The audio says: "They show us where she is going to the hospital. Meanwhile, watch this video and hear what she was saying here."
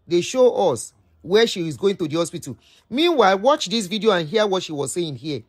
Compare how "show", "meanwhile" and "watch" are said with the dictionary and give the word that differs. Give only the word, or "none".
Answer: none